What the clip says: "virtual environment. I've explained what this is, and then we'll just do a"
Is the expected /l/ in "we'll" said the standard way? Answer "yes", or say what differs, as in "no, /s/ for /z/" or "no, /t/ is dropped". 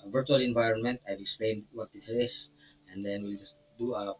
yes